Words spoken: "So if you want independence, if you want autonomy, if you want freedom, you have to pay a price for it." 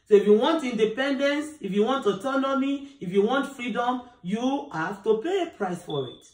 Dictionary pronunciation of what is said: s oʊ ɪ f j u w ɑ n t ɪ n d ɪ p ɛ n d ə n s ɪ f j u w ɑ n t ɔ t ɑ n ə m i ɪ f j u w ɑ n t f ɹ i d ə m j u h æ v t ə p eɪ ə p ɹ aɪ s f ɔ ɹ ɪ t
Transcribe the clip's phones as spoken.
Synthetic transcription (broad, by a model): s oʊ ɪ f j u w ɑ n t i n d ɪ p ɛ n d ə n s ɪ f j u w ɑ n t ɔ t ɑ n ə m i ɪ f j u w ɑ n t f ɹ i d ə m j u h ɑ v t ə p eɪ ə p ɹ aɪ s f ɔ ɹ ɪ t